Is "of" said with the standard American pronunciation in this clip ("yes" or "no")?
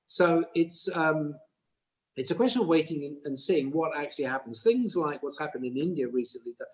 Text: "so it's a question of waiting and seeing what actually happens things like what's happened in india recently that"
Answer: yes